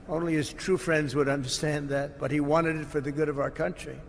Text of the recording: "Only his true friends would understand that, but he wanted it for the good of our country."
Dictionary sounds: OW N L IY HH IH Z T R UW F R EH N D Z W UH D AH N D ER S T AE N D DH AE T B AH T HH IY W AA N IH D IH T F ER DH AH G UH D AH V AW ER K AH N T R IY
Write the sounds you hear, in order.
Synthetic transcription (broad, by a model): OW N L IY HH IH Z T R UW F R EH N D Z W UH D AH N D ER S T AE N DH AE T B AH T HH IY W AA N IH D IH T F ER DH AH G UH D AH V AW ER K AH N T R IY